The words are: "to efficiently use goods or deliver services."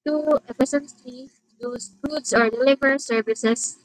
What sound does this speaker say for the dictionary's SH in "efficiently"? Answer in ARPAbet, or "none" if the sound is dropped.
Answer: S